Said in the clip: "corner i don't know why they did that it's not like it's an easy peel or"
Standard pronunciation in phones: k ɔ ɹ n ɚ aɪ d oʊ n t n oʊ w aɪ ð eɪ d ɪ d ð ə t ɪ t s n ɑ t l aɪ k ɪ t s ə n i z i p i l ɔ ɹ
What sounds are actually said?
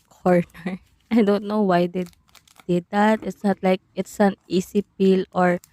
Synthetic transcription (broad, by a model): k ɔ ɹ n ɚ aɪ d oʊ n t n oʊ w aɪ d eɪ d ɪ d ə t ɪ t s n ɑ t l aɪ k ɪ t s ə n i s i p i l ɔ ɹ